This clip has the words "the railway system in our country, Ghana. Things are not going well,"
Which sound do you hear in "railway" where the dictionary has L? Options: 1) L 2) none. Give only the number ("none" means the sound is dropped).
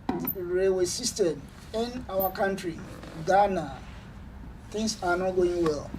2